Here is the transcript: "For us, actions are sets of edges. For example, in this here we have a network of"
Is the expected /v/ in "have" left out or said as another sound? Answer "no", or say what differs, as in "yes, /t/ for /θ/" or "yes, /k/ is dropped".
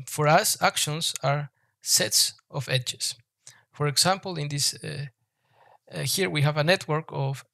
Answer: no